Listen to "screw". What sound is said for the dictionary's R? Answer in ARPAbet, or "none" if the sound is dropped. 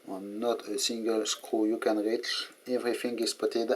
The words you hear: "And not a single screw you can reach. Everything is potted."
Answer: none